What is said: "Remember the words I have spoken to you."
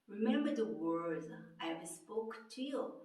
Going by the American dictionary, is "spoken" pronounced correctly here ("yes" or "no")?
no